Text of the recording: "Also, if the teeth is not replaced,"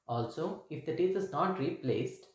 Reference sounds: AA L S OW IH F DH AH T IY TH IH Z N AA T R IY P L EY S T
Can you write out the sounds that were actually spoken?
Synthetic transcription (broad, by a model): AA L S OW IH F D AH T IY T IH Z N AA T R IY P L EY S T